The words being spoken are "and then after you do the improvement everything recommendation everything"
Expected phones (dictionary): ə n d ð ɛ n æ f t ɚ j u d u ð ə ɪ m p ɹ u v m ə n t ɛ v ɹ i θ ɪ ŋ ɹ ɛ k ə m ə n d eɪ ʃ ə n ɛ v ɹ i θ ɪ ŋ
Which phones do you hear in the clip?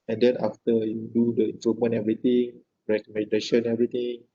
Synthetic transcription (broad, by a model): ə n d ɛ n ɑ f t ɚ j u d u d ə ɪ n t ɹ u m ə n ɛ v ɹ i t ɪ ŋ ɹ ɛ k ə m ə n d eɪ ʃ ə n ɛ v ɹ i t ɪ ŋ